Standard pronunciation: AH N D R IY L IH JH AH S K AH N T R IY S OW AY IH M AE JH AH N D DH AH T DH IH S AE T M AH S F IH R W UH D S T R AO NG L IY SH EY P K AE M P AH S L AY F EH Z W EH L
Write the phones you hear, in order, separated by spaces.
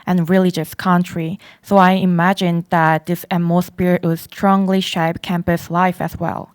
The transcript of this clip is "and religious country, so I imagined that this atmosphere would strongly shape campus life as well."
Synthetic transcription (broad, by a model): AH N R IY L IH JH AH S K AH N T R IY S OW AY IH M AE JH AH N DH AH T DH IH S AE M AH S P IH R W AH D S T R AO NG L IY SH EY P K AE M P AH S L AY F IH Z W EH L